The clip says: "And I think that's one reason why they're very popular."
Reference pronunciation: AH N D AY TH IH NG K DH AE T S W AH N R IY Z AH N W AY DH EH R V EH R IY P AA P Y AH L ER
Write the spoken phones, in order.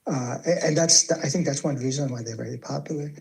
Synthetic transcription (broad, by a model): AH N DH AY TH IH NG K DH AE T S W AH N R IY Z AH N W AY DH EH R V EH R IY P AA P Y L ER